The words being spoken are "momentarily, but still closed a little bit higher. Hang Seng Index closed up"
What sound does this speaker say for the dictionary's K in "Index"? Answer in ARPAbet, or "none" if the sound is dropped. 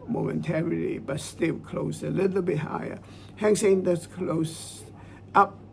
none